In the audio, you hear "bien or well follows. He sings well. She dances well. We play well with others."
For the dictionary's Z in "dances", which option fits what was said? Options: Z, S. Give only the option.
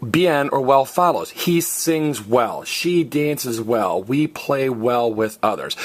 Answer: Z